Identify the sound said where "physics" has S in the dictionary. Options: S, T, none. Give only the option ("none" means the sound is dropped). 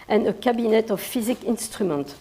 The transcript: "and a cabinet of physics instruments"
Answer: none